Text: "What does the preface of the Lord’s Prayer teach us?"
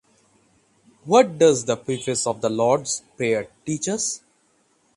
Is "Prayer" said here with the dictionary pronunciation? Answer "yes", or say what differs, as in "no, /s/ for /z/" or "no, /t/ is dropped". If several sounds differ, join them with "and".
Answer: no, /ɹ/ is dropped